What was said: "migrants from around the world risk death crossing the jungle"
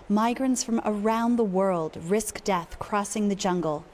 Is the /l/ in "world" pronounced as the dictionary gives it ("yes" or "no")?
yes